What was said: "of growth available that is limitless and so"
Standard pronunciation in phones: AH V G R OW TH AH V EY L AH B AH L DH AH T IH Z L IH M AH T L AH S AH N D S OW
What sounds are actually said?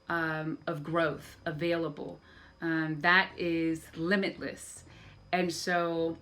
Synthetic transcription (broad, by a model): AH V G R OW TH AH V EY L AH B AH L DH AH T IH Z L IH M AH T L AH S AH N S OW